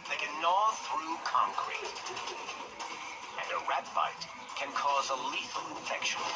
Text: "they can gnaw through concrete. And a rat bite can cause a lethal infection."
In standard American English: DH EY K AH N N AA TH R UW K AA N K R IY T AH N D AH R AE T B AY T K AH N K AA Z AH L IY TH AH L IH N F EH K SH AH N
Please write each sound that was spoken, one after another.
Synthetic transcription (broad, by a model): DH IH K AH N N AA TH R UW K AA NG K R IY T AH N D AH R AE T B AY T K AH N K AA Z AH L IY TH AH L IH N F EH K SH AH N